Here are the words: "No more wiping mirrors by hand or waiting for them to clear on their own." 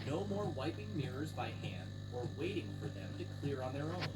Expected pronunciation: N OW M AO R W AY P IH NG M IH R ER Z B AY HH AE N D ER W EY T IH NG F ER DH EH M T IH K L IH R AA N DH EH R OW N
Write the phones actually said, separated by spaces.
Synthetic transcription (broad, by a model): N OW M AO R W AY P IH NG M IH R ER Z B AY HH AE N D ER W EY T IH NG F ER DH EH M T IH K L IH R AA N DH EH R OW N